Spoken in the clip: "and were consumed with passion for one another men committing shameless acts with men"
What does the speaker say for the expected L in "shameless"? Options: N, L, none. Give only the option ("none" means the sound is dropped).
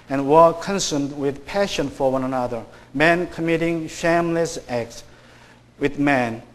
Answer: L